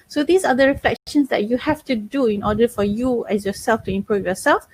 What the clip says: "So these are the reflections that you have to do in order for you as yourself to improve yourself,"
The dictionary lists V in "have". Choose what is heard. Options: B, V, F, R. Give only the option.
F